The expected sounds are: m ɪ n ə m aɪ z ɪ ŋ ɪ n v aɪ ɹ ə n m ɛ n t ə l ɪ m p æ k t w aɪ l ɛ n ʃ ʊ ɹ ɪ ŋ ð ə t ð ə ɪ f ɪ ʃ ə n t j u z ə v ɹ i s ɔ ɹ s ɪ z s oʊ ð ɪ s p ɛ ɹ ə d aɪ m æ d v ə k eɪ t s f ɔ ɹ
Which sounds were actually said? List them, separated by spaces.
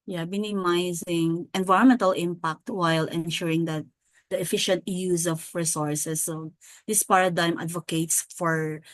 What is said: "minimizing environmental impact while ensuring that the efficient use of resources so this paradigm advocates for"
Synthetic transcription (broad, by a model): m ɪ n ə m aɪ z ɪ ŋ ɪ n v aɪ ɹ ə n m ɛ n t ə l ɪ m p æ k t w aɪ l ɛ n ʃ ʊ ɹ ɪ ŋ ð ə t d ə ɪ f ɪ ʃ ə n t j u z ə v ɹ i s ɔ ɹ s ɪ s oʊ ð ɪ s p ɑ ɹ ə d aɪ m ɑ d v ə k eɪ t s f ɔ ɹ